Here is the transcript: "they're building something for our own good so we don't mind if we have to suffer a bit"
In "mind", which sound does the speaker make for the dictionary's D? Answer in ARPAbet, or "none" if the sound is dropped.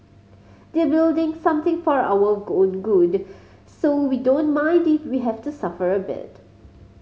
D